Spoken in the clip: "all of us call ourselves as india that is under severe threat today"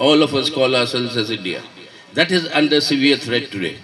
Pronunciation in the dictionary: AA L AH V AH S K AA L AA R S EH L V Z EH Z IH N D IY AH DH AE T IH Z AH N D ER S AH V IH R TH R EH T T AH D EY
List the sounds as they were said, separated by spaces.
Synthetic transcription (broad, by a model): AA L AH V AH S K AA L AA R S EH L Z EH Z IH N D IY AH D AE T IH Z AH N D ER S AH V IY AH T R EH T T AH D EY